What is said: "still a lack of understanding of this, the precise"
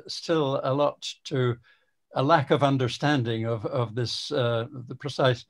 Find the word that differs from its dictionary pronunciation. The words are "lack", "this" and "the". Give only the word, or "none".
none